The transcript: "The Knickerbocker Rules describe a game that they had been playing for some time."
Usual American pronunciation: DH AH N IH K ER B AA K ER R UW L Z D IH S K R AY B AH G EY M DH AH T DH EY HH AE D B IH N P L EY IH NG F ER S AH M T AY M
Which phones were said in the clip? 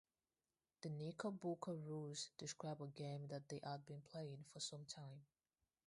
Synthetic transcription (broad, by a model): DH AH N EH K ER B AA K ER R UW Z D IH S K R AY B AH G EY M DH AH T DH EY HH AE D B IH N P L EY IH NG F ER S AH M T AY M